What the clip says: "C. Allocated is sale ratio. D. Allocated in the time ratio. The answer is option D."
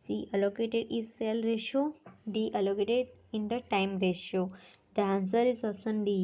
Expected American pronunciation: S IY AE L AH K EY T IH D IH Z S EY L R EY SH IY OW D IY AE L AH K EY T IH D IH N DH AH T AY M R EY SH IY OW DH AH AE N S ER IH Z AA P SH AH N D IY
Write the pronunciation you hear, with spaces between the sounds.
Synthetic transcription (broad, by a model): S IY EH L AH K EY T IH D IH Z S EY L R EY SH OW D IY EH L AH K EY T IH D IH N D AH T AY M R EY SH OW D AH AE N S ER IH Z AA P S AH N D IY